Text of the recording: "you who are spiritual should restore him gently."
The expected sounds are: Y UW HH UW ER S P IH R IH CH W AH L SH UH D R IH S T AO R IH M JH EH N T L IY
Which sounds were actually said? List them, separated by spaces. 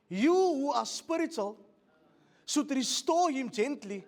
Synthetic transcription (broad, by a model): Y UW HH UW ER S P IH R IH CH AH L S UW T R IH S T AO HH IH M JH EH N T L IY